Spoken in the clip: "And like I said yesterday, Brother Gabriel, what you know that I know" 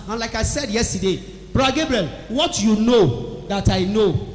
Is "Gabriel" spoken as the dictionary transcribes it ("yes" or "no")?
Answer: yes